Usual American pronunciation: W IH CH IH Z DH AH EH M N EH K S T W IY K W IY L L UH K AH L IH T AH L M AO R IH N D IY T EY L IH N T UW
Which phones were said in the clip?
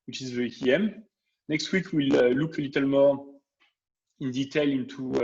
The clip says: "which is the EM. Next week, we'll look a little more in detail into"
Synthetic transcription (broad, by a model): W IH CH IH Z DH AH EH M N EH K S T W IY K W IY L L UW K AH L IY T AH L M AO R IH N D IY T EY L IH N T UW